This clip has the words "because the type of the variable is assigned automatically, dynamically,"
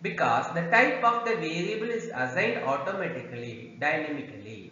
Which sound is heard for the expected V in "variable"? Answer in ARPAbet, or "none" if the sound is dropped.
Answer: V